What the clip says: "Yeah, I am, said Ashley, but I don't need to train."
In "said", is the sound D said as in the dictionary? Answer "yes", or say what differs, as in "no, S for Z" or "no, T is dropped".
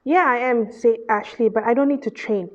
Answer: no, D is dropped